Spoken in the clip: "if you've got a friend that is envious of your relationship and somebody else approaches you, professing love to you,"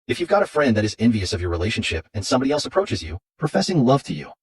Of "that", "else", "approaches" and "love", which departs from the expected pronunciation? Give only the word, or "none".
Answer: none